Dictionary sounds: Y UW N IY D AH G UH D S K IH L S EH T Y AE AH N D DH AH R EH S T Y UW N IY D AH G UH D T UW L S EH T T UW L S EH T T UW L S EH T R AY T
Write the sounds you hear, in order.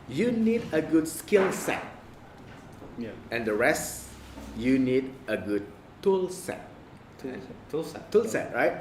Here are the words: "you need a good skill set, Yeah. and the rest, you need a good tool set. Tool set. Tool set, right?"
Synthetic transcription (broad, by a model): Y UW N IY D AH G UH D S K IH L S EH T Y AH N D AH R EH S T Y UW N IY D AH G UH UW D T T UW L S EH T T UW L S EH T R AY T